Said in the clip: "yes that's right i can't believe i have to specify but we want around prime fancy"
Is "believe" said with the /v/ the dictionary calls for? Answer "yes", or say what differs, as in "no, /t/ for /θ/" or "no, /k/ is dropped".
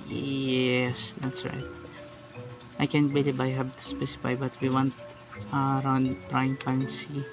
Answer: no, /b/ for /v/